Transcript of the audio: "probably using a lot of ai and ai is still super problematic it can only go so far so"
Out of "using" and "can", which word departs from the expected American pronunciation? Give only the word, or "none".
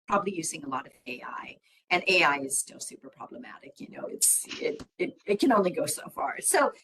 none